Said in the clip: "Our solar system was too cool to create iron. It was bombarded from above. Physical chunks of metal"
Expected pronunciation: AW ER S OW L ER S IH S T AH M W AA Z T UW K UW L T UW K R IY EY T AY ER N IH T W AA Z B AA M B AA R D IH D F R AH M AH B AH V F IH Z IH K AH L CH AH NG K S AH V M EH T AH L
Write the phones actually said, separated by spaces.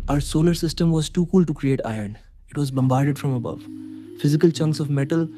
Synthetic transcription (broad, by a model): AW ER S OW L ER S IH S T AH M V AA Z T UW K UW L T UW K R IY EY T AY ER N IH T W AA Z B AA M B AA R D IH D F R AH M AH B AH V F IH Z IH K AH L CH AH NG K S AH V M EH T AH L